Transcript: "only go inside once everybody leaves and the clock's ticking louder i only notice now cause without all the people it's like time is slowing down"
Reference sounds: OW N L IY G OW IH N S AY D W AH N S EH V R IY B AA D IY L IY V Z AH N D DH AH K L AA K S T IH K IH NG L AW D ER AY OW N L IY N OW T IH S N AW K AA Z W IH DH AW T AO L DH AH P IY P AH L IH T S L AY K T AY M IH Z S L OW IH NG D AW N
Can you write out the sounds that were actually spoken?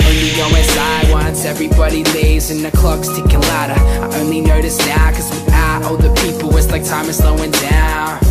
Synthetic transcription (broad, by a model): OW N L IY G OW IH S AY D W AH N S EH V R IY B AA D IY L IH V Z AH N DH AH K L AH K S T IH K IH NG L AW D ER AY OW N L IY N OW T IH S N AW K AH Z W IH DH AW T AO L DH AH P IY P L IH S L AY K T AY M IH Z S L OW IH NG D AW N